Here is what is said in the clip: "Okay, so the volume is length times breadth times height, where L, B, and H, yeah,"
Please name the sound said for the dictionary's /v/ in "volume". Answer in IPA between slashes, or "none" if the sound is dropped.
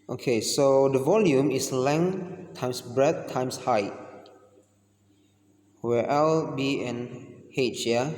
/v/